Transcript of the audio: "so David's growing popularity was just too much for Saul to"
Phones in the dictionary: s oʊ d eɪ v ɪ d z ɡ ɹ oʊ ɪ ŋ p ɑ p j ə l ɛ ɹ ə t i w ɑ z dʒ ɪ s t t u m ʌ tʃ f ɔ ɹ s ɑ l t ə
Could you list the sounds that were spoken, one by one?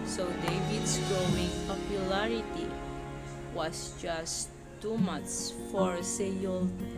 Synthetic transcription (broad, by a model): s oʊ d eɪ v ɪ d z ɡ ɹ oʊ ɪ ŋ p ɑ p j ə l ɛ ɹ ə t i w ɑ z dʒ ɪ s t t u m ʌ s f ɔ ɹ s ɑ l